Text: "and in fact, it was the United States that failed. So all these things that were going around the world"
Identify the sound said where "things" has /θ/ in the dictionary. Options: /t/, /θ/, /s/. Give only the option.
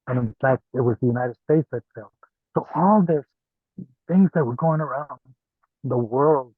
/θ/